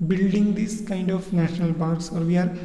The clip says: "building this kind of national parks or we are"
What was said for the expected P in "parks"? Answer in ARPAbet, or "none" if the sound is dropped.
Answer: B